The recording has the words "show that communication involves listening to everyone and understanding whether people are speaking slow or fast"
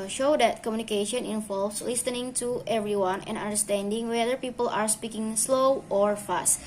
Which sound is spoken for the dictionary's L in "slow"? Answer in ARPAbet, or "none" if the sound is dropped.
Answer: L